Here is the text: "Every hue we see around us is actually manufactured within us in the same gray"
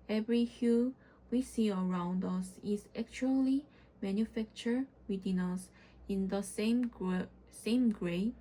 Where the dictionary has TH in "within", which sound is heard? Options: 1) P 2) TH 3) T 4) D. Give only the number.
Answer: 3